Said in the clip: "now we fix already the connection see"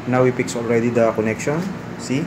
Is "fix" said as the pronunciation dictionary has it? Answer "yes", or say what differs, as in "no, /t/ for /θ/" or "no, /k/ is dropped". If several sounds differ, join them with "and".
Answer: no, /p/ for /f/